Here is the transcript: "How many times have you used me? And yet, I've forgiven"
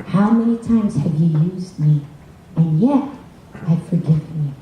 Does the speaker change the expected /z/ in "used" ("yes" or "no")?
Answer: no